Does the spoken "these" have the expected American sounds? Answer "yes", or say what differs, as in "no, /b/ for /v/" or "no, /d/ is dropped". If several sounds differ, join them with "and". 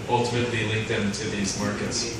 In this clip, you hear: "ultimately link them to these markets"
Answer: yes